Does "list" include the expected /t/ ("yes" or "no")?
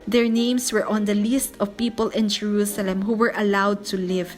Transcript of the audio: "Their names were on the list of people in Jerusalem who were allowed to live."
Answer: yes